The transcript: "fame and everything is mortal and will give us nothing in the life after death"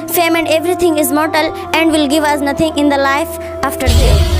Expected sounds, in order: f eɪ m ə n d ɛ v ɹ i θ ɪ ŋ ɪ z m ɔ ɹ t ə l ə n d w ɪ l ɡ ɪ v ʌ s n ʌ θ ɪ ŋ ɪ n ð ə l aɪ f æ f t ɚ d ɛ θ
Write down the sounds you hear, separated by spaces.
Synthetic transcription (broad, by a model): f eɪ m ə n d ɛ v ɹ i t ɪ ŋ ɪ z m ɔ ɹ t ə l ə n d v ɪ l ɡ ɪ v ʌ s n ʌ t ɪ ŋ ɪ n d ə l aɪ f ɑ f t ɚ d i